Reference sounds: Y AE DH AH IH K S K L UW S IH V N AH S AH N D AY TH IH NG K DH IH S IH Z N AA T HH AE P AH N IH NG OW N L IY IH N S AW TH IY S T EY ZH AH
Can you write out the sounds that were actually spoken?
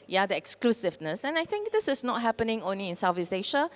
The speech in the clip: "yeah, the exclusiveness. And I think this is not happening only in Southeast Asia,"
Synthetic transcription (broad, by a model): Y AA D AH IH K S K L UW S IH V N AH S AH N AY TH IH NG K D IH S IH S N AA T HH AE P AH N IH NG OW N L IY IH N S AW F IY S EY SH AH